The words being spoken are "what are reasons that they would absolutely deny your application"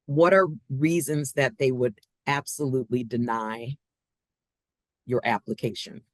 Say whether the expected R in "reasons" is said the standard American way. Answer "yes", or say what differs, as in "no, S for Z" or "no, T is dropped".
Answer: yes